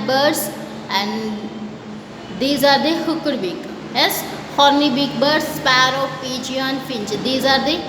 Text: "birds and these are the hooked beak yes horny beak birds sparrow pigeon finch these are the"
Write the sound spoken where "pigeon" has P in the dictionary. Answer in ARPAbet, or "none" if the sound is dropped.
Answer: F